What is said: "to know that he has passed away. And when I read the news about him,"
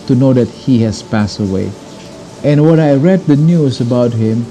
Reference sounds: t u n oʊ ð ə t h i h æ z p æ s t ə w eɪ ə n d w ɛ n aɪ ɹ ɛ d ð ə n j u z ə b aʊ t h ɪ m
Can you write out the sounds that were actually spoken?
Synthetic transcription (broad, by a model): t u n oʊ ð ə t h i h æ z p æ s t ə w eɪ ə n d w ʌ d aɪ ɹ ɛ d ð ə n j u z ə b aʊ t h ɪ m